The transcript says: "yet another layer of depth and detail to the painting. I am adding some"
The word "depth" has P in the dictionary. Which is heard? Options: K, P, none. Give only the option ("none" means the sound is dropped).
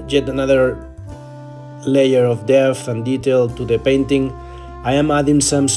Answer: none